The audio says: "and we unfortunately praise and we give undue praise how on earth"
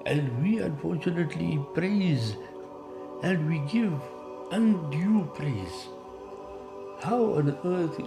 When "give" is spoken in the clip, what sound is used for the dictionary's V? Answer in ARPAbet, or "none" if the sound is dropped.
V